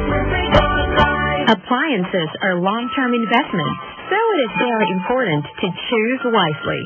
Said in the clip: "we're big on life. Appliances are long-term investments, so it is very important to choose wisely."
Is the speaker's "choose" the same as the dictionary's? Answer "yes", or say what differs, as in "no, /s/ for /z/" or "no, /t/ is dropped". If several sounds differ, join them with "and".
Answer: yes